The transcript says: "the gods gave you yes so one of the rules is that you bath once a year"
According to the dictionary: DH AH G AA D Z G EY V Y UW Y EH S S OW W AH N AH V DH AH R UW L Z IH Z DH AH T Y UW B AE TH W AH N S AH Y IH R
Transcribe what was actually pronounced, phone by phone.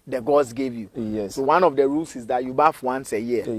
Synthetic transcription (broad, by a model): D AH G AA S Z G EY V Y UW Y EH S S OW W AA N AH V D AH R UW L S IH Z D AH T Y UW B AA F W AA N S AH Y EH